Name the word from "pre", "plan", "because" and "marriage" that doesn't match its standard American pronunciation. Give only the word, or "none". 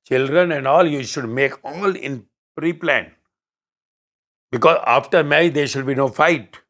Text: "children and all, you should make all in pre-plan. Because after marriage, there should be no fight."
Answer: marriage